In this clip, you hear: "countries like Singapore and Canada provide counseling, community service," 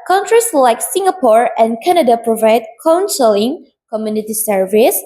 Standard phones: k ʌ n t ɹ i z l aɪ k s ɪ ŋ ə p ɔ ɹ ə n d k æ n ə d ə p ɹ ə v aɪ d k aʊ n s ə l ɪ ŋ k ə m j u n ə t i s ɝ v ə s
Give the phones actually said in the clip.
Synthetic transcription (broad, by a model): k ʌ n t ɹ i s l aɪ k s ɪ ŋ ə p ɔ ɹ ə n k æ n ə d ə p ɹ ə v aɪ d k aʊ n s ə l ɪ ŋ k ə m j u n ə t i s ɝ v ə s